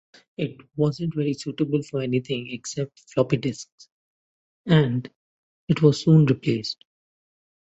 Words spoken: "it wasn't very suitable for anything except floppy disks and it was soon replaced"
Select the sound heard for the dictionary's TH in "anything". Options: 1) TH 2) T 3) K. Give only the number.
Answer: 2